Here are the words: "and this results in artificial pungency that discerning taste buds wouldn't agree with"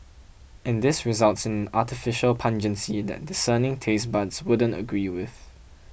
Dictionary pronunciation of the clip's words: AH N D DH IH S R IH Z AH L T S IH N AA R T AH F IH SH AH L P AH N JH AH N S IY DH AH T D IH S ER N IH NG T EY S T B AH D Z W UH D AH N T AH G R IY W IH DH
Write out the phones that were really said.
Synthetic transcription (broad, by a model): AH N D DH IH S R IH Z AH L T S IH N AA T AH F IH SH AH L P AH N JH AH N S IY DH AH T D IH S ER N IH NG T EY S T B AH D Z W UH D AH N T AH G R IY W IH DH